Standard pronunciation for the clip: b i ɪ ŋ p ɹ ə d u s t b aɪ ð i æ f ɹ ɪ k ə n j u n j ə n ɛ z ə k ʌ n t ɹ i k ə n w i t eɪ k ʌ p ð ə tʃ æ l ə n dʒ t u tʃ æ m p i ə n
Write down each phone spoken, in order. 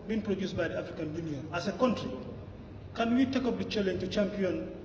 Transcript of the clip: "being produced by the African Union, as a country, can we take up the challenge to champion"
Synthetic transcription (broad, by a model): b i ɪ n p ɹ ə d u s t b aɪ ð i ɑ f ɹ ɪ k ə n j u n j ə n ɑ s ə k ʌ n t ɹ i k ə n w i t eɪ k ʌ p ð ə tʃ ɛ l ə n t u tʃ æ m p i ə n